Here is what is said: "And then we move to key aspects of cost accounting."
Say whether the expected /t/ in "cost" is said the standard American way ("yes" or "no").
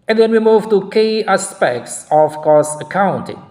no